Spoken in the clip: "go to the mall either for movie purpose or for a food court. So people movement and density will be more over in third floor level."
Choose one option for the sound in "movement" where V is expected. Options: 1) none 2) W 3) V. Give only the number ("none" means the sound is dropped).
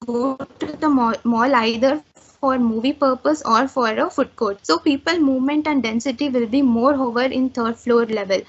3